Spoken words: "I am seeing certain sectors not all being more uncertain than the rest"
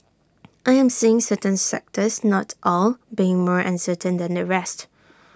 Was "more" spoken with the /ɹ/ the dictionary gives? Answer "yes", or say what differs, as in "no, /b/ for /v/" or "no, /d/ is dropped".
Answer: yes